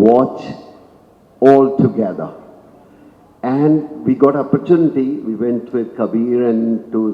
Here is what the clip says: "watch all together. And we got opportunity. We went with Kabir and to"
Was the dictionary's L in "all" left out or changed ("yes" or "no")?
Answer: no